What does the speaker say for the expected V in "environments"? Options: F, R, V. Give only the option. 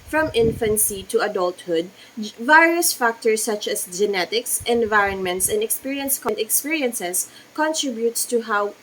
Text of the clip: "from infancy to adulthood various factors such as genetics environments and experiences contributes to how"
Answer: V